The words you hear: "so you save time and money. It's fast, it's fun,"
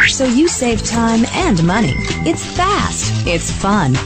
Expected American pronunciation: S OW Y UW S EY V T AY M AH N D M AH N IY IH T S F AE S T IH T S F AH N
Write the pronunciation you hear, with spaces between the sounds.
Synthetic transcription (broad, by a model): S OW Y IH S EY V T AY M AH N M AH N IY IH T S F AE S T IH T S F AH N